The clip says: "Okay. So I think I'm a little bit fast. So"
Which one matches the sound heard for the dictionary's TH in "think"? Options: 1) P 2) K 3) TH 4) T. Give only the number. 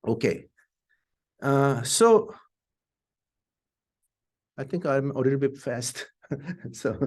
4